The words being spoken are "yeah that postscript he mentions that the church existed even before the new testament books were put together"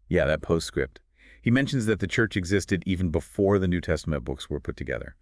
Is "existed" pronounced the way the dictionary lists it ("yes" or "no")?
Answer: yes